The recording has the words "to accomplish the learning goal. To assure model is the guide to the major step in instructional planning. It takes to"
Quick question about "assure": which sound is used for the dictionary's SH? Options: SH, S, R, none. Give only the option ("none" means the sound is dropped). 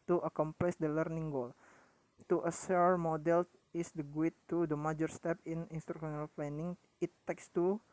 S